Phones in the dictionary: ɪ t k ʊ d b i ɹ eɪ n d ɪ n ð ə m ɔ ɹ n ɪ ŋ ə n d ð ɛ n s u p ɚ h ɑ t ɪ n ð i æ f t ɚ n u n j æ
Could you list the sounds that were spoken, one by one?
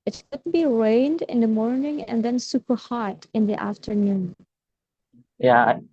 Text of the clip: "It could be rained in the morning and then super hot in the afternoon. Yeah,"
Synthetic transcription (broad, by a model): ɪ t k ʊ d b i ɹ eɪ n d ɪ n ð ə m ɔ ɹ n ɪ ŋ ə n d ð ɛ n s u p ɚ h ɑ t ɪ n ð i æ f t ɚ n u n j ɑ